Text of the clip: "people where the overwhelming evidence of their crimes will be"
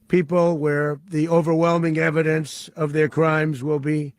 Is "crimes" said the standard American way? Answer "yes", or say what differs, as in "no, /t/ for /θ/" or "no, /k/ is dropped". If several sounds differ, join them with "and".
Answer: yes